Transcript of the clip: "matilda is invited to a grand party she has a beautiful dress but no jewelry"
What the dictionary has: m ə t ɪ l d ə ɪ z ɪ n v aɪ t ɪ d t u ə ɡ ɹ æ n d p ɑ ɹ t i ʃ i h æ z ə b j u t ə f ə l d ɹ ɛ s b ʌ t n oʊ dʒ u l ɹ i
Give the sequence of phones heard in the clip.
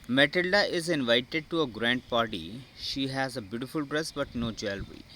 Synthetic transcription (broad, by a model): m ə t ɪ l d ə ɪ z ɪ n v aɪ t ɪ d t u ə ɡ ɹ æ n d p ɑ ɹ t i ʃ i h æ z ə b j u t ə f ə l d ɹ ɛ s b ʌ t n oʊ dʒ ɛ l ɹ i